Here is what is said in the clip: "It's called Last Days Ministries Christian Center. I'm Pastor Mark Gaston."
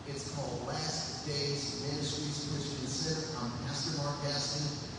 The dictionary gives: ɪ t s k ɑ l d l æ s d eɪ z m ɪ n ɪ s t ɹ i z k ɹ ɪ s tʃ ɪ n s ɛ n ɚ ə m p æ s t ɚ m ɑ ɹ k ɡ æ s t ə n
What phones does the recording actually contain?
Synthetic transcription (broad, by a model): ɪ t s k ɑ l d l æ s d eɪ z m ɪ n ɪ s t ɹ i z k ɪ tʃ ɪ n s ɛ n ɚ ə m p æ s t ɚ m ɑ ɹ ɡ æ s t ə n